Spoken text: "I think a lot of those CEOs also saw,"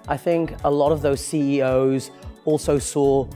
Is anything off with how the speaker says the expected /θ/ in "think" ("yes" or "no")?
no